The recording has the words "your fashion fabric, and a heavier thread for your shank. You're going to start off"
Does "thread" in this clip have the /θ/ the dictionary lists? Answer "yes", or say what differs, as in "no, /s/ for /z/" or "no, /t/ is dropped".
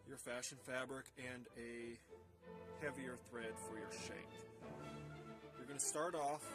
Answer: yes